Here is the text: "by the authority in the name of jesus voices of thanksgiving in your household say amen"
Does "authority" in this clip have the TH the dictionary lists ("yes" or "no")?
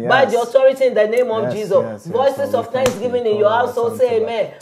no